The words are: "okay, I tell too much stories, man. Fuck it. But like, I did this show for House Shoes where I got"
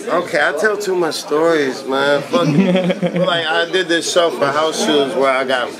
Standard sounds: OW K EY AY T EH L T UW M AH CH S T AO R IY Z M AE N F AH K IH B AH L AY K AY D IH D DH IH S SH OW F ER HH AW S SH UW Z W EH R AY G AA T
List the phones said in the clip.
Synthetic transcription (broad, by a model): OW K EY AY T EH L T UW M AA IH S T AO R IY Z M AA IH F IH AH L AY AY D IH D DH IH S OW F ER HH AW S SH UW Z W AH R AY G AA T